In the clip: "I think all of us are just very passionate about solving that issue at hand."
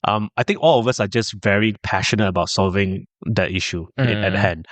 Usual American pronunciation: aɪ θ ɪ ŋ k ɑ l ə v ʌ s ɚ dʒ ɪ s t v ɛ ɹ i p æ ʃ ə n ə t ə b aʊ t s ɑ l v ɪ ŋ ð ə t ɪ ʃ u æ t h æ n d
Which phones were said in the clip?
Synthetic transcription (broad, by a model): aɪ t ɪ ŋ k ɑ l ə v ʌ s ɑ dʒ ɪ s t v ɛ ɹ i p æ ʃ ə n ə t ə b aʊ t s ɑ l v ɪ ŋ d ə t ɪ ʃ u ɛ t h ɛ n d